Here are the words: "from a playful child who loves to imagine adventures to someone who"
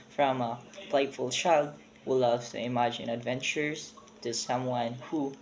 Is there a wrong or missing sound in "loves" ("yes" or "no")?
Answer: yes